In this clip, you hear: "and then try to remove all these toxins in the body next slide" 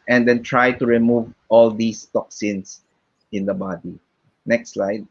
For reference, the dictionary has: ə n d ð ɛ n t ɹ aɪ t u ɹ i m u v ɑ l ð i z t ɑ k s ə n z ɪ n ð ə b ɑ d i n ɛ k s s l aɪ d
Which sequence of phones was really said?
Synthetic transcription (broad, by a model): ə n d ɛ n t ɹ aɪ t u ɹ i m u v ɑ l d i s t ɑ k s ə n s ɪ n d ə b ɑ d i n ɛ k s s l aɪ d